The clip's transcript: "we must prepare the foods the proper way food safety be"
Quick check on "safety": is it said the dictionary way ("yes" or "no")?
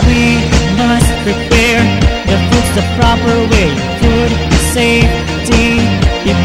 no